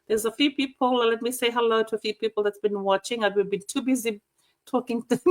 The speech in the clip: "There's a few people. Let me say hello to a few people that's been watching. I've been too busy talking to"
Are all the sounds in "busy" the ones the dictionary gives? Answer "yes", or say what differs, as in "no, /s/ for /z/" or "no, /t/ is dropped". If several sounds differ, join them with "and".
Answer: yes